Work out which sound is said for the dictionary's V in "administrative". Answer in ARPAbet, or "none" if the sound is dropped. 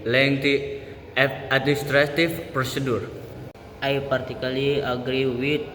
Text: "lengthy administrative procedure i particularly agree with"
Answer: F